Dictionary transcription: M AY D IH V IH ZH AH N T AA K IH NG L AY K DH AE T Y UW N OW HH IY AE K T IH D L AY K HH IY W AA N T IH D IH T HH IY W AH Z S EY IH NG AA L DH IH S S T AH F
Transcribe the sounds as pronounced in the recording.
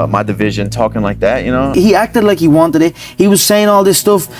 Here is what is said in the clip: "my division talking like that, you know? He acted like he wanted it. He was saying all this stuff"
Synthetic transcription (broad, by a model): M AY D IH V IH ZH AH N T AA K IH NG L AY K DH AE T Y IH N OW HH IY AE K T IH D L AY K HH IY W AA N T IH D IH T HH IY W AH Z S EY IH NG AA L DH IH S S T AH F